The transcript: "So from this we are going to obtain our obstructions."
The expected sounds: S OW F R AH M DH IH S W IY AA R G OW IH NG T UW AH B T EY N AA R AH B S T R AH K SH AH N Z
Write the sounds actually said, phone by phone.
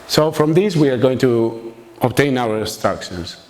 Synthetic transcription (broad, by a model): S OW F R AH M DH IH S W IY AA R G OW IH NG T UW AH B T EY N AA W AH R S T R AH K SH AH N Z